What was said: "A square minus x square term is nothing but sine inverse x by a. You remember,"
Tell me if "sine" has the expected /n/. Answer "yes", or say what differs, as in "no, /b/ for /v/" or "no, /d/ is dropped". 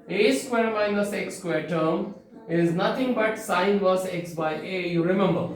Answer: no, /n/ is dropped